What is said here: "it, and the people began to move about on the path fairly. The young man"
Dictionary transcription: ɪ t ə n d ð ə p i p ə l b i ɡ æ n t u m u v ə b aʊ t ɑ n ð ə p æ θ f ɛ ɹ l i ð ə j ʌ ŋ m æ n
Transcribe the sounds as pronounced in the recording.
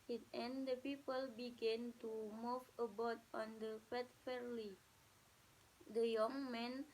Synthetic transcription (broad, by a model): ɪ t ə n d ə p i p ə l b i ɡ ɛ n t u m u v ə b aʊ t ɑ n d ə f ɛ t f ɛ ɹ l i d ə j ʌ ŋ m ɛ n